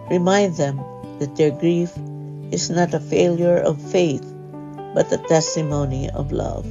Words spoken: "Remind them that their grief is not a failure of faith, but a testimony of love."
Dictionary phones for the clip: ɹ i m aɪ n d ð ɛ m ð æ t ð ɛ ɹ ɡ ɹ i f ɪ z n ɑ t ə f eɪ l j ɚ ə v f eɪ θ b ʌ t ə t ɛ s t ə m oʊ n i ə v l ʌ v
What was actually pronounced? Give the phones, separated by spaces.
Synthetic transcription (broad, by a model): ɹ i m aɪ n d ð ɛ m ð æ t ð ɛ ɹ ɡ ɹ i f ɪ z n ɑ t ə f eɪ l j ɚ ə v f eɪ θ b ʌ t ə t ɛ s t ə m oʊ n i ə v l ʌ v